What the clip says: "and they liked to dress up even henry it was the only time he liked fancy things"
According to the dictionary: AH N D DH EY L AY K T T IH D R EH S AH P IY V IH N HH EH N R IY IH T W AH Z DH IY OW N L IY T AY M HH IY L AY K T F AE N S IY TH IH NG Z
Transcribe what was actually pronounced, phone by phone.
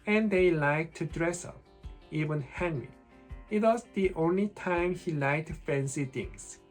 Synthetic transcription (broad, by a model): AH N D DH EY L AY K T T IH D R EH S AH P IY V IH N HH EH N R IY IH T W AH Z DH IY OW N L IY T AY M HH IY L AY K T F AE N S IY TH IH NG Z